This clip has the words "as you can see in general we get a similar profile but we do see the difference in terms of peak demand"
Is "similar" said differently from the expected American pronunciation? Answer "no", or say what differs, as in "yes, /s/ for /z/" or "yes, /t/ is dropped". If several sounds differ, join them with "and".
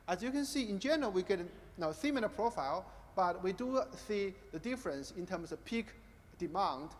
yes, /θ/ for /s/ and /n/ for /l/